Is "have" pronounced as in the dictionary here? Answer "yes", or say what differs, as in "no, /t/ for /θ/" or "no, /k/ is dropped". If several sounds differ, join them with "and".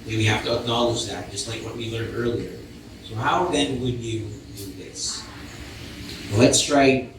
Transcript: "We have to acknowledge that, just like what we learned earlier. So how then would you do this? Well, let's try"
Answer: no, /f/ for /v/